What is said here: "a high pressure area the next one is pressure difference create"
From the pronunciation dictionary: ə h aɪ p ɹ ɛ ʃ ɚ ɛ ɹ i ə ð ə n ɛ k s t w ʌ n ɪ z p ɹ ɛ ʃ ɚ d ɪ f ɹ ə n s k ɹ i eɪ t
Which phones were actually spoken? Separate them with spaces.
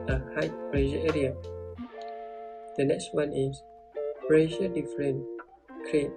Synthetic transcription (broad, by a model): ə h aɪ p ɹ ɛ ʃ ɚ ɛ ɹ i ə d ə n ɛ k s t w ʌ n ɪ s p ɹ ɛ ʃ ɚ d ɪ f ɹ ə n k ɹ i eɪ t